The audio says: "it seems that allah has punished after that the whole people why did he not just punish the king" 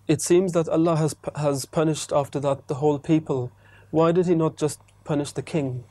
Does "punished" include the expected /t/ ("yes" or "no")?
yes